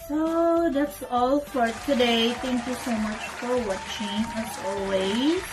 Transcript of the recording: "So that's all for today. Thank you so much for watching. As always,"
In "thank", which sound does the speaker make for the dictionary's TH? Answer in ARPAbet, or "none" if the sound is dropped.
T